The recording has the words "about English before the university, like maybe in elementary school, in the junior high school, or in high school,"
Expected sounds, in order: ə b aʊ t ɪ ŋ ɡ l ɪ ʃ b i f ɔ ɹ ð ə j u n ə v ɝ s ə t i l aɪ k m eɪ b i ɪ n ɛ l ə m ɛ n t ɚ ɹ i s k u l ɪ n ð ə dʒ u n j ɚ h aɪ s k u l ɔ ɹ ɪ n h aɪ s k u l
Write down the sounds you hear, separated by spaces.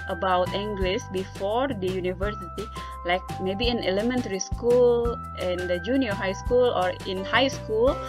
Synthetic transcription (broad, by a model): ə b aʊ t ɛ ŋ ɡ l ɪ s b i f ɔ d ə j u n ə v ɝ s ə t i l aɪ k m eɪ b i ɪ n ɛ l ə m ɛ n t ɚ ɹ i s k u l ɪ n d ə dʒ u n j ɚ h aɪ s k u l ɔ ɹ ɪ n h aɪ s k u l